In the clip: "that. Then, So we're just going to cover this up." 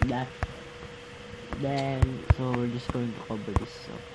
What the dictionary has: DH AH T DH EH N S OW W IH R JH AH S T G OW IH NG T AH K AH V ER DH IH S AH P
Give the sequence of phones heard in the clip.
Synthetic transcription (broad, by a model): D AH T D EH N S OW W IH R JH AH S G OW IH NG T AH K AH B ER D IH S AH